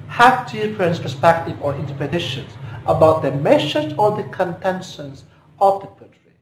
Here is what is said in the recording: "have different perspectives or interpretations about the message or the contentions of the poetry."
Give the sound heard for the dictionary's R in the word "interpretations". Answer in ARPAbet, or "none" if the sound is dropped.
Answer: none